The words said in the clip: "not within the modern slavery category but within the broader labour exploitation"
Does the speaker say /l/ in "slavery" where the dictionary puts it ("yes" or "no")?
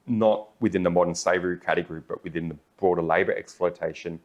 no